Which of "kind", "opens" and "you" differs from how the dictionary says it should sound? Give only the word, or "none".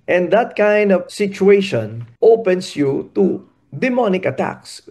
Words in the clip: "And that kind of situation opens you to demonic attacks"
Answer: opens